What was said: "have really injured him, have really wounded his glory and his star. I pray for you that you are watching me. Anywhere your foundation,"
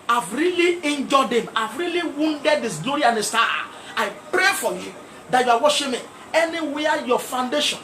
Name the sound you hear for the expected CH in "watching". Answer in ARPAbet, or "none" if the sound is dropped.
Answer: SH